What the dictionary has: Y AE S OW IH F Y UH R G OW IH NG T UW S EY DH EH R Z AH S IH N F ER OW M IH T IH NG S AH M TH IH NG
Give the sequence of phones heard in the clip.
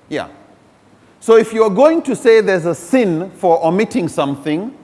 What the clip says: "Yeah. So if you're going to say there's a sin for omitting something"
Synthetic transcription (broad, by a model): Y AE S OW IH F Y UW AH G OW IH NG T UW S EY DH EH R Z AH S IH N F ER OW M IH T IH NG S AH M TH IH NG